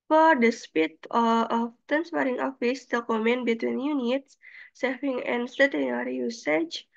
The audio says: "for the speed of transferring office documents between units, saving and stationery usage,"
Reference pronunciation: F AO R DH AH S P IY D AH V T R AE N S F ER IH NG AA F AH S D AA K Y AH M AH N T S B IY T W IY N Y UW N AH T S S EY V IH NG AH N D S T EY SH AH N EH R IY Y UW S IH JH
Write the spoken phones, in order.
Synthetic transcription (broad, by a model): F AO R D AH S P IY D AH F T AE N S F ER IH NG AA F AH S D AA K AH M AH N B IY T W IY N Y UW N AH T S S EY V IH NG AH N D S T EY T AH N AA R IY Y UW S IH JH